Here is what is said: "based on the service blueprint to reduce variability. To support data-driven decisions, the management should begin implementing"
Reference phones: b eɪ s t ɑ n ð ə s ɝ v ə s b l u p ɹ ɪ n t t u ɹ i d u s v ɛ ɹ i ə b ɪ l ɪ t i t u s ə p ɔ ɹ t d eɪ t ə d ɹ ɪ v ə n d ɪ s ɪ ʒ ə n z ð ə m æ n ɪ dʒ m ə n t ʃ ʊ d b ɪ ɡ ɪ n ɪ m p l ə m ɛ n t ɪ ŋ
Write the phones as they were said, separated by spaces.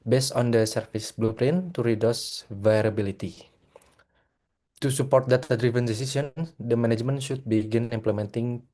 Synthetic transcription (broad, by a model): b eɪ s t ɑ n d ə s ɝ f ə s b l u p ɹ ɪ n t t u ɹ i d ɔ s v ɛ ɹ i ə b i l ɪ t i t u s ə p ɔ ɹ t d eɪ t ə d ɹ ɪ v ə n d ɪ s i s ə n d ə m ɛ n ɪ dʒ m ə n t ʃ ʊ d b ɪ ɡ ɪ n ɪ m p l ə m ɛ n t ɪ ŋ